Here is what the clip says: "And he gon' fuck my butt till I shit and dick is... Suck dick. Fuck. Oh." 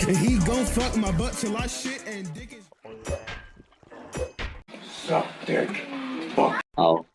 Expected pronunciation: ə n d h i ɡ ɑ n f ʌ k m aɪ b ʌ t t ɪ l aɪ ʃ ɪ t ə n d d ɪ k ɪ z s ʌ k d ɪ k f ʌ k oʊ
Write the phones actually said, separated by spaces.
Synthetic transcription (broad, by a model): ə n h i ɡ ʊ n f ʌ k m aɪ b ʌ t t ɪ l aɪ ʃ ɪ t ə n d d ɪ k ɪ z s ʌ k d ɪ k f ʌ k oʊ